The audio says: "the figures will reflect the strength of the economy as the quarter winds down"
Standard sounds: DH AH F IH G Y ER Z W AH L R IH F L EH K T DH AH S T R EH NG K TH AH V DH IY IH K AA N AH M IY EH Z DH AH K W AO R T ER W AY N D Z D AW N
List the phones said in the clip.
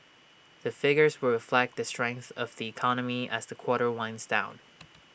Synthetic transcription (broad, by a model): DH AH F IH G Y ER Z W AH R IH F L EH K T DH AH S T R EH NG K TH AH V DH IY IH K AA N AH M IY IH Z DH AH K W AO R T ER W AY N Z D AW N